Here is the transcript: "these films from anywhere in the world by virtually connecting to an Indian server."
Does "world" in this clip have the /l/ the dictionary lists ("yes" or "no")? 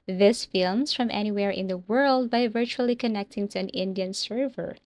yes